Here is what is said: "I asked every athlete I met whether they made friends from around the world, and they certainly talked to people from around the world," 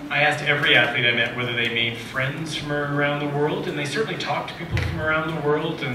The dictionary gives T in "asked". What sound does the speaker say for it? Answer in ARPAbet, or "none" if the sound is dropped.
T